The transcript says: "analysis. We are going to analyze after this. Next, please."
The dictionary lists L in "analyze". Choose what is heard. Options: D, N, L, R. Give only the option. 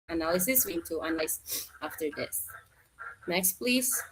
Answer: N